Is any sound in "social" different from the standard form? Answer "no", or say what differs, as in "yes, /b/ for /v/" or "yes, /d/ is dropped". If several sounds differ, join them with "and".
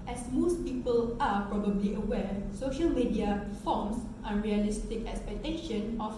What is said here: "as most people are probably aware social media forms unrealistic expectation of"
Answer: no